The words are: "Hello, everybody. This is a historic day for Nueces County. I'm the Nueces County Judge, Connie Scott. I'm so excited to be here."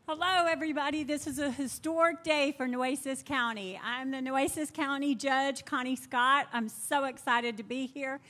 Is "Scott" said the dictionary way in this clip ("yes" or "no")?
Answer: yes